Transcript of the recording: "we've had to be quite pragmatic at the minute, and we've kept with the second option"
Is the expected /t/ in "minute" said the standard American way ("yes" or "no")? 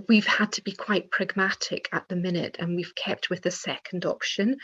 yes